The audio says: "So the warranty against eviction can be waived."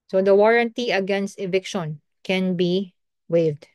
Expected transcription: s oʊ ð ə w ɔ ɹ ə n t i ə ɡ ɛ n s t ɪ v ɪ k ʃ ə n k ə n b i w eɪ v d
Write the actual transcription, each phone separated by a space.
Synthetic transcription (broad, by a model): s oʊ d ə w ɔ ɹ ə n t i ə ɡ ɛ n s t ɪ v ɪ k ʃ ə n k ə n b i w eɪ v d